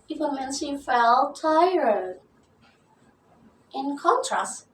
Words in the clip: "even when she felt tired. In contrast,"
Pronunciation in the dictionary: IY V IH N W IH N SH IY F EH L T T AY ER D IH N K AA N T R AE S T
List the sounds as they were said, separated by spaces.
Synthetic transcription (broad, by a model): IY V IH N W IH N S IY F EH L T T AY ER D IH N K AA N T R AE S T